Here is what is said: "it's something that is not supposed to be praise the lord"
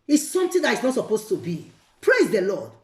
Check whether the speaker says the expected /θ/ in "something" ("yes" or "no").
no